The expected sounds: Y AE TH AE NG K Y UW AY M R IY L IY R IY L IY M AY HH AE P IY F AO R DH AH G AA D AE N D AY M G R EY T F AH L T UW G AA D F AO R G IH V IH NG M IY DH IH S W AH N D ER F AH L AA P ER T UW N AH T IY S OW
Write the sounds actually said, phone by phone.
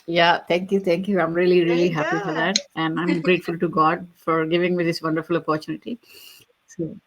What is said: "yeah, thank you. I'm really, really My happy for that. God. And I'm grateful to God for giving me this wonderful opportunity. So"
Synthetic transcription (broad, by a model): Y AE T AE NG K Y UW AY M R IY L IY R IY IY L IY HH AE P IY F AO R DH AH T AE N D AY M G R EY T F AH L T UW G AA D F AO R G IH V IH NG M IY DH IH S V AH N D ER F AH L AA P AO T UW N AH T IY S OW